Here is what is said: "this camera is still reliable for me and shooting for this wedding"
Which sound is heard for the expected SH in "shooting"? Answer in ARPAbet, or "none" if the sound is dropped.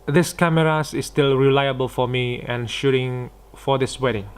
SH